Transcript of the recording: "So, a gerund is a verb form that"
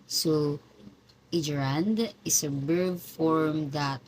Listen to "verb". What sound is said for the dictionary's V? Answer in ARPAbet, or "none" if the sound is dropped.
B